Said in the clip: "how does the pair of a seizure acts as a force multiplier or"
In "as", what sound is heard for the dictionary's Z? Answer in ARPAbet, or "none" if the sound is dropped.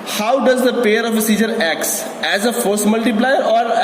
Z